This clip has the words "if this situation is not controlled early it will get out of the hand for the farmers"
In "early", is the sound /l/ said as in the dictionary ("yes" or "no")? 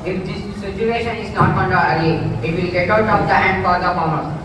no